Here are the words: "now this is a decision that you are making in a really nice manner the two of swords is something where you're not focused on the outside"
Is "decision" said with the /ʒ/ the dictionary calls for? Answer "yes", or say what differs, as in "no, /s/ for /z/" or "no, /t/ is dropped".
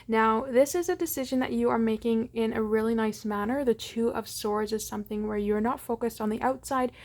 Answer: yes